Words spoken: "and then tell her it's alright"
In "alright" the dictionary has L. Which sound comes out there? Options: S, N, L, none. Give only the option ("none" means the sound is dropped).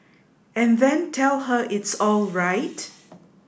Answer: L